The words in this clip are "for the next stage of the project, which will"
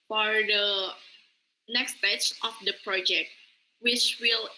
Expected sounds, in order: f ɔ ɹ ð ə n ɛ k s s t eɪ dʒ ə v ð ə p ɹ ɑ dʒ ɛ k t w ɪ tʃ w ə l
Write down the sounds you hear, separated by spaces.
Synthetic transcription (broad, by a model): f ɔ ɹ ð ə n ɛ k s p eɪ tʃ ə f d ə p ɹ ɑ dʒ ɛ k t w ɪ tʃ w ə l